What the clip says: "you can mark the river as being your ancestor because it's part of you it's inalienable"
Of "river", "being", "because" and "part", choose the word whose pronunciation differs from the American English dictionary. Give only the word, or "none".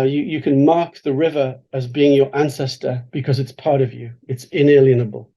none